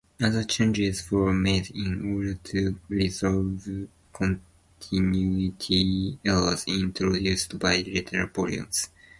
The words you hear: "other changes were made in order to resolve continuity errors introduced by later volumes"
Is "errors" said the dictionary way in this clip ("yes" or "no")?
no